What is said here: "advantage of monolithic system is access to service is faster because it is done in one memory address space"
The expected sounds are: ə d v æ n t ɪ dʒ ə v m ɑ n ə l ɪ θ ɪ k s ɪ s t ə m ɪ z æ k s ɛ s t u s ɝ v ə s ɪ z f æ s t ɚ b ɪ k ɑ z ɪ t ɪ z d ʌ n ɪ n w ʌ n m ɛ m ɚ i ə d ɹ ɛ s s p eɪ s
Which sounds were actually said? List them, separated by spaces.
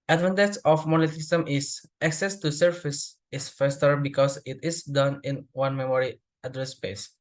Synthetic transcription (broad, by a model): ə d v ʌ n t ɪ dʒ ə f m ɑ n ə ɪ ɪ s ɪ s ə m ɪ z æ k s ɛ s t u s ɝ f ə s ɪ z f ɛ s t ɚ b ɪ k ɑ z ɪ t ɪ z d ʌ n ɪ n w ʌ n m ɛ m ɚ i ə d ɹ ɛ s s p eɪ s